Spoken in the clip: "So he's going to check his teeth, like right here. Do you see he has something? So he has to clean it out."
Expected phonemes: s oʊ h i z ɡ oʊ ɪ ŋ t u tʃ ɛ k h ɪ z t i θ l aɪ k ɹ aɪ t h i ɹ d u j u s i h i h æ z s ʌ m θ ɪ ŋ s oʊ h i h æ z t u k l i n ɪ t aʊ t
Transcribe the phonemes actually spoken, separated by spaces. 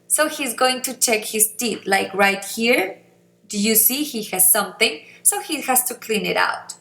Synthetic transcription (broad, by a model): s oʊ h i z ɡ oʊ ɪ ŋ t u tʃ ɛ k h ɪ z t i t l aɪ k ɹ aɪ t h i ɹ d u j u s i h i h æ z s ʌ m θ ɪ ŋ s oʊ h i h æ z t u k l i n ɪ t aʊ t